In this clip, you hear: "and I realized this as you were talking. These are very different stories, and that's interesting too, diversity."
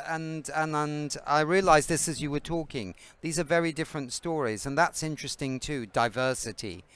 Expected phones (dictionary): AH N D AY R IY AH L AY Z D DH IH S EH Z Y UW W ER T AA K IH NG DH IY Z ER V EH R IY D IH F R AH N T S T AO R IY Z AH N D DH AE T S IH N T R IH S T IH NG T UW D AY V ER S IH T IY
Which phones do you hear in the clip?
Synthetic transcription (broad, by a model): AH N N AY R IY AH L AY Z DH IH S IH Z Y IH W ER T AA K IH NG DH IY Z ER V EH R IY D IH F R AH N T S T AO R IY Z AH N DH AE T S IH N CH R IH S T IH NG T UW D AY V ER S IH T IY